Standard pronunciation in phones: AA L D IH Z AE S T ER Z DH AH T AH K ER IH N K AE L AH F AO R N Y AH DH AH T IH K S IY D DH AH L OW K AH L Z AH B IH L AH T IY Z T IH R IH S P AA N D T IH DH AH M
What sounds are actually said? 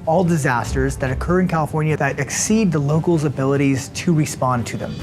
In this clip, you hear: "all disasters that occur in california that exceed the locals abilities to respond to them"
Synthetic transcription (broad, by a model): AA L D IH Z AE S T ER Z DH AH T AH K ER IH N K AE L AH F AO R N Y AH DH AH T IH K S IY D DH AH L OW K L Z AH B IH L AH T IY Z T IH R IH S P AA N T IH DH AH M